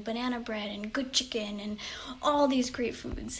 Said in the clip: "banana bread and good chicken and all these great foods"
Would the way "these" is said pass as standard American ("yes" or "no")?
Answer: yes